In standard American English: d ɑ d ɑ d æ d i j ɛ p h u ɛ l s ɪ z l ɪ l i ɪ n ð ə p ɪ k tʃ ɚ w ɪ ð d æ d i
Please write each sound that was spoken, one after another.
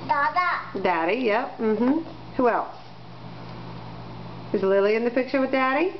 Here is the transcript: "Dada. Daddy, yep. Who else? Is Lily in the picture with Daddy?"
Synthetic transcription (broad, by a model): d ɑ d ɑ d æ d i j ɛ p h u ɛ l s ɪ z l ɪ l i ɪ n ð ə p ɪ k tʃ ɚ w ɪ ð d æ d i